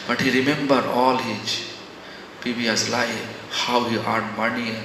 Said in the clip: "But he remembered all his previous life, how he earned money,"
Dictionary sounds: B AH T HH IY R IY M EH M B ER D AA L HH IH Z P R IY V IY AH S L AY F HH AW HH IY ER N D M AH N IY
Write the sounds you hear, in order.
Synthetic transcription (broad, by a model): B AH T HH IY R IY M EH M B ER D AA L HH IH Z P IY B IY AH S L AY HH AW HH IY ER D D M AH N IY